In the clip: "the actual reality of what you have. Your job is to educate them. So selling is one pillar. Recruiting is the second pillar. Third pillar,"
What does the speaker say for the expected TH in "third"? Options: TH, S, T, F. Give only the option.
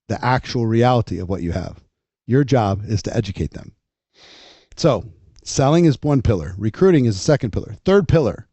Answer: TH